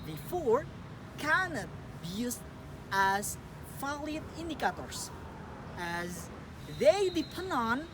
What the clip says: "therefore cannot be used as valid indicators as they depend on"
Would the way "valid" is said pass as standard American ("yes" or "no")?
no